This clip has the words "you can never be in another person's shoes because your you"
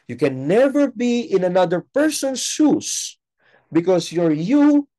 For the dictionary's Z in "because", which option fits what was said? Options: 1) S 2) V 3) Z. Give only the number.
1